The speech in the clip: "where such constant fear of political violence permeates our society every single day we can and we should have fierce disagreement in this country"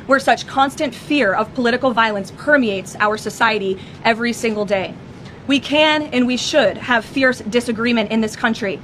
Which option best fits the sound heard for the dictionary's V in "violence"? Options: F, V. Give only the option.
V